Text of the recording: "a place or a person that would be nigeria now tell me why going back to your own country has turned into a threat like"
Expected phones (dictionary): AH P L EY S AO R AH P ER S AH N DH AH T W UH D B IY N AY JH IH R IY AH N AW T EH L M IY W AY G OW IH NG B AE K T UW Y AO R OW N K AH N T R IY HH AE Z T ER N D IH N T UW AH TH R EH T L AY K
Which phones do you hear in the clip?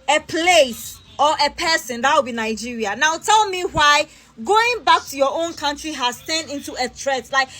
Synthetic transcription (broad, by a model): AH P L EY S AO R AH P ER S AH N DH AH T W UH B IY N AY JH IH R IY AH N AW T EH L M IY W AY G OW IH NG B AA K T UW Y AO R OW N K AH N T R IY HH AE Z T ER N IH N T UW AH T R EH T L AY K